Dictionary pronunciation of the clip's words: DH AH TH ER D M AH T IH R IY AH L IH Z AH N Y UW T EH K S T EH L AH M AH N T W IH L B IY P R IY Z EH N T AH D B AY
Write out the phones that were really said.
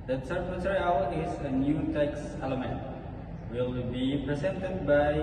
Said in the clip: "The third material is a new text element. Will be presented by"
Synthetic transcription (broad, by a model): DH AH S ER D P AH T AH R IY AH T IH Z AH N Y UW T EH K S EH L AH M AH N T W IH L B IY P R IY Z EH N T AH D B AY